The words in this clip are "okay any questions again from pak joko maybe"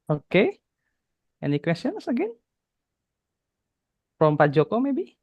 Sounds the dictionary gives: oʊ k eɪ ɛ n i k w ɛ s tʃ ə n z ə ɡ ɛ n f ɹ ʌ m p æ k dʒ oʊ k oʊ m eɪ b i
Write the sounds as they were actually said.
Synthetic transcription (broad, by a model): oʊ k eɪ ɛ n i k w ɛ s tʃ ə n s ə ɡ ɛ n p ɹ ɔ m p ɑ dʒ oʊ k oʊ m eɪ b i